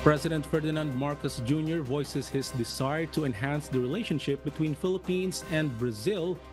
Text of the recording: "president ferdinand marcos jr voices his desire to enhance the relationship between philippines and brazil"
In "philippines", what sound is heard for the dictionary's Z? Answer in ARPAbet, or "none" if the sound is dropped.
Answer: S